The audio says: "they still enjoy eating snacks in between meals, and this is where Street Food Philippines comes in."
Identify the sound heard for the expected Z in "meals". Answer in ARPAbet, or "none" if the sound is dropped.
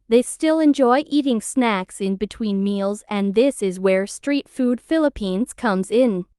Z